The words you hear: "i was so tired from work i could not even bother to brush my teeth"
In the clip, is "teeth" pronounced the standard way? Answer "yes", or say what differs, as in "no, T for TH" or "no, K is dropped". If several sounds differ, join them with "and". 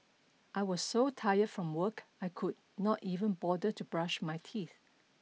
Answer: yes